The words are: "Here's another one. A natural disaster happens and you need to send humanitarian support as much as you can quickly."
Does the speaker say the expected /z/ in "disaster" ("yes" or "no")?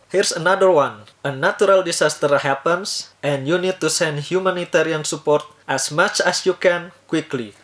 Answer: no